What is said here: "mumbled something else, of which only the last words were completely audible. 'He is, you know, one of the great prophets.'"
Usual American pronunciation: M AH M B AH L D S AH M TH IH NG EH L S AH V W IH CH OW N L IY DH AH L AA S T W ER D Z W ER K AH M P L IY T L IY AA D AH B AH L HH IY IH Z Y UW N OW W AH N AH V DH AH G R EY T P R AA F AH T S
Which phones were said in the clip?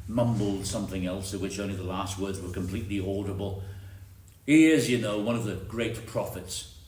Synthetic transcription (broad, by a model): M AH M B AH L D S AH M TH IH NG EH L S AH V W IH CH OW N L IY DH AH L AA S T W ER D Z W ER K AH M P L IY T L IY AA D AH B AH L HH IY IH Z Y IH N OW W AH N AH V DH AH G R EY T P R AA F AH T S